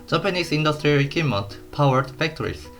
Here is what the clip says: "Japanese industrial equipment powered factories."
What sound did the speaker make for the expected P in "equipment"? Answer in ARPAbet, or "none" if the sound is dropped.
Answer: none